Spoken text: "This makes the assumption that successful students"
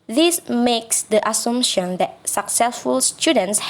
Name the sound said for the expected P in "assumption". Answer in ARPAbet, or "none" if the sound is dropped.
none